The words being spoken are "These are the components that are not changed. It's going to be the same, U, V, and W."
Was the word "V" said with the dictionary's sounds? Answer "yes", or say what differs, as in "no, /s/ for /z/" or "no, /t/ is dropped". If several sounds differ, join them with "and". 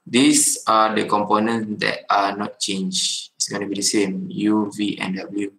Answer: yes